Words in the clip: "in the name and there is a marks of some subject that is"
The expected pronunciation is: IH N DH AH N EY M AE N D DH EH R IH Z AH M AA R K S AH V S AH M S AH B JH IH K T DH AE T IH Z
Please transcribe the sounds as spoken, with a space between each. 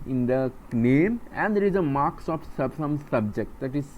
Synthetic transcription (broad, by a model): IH N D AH N EY M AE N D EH R IH Z AH M AA R K S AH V S AH M S AH B JH IH K T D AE T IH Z